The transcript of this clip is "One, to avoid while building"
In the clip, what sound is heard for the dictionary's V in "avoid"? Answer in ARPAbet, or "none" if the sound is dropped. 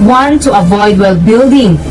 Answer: V